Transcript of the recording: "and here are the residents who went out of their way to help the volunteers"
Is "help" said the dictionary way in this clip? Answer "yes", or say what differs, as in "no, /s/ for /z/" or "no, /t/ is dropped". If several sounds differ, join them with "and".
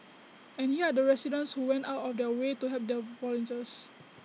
no, /l/ is dropped